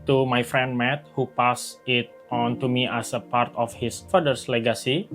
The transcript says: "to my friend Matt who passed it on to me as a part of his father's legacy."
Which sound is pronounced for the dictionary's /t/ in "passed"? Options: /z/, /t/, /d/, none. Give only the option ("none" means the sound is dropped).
none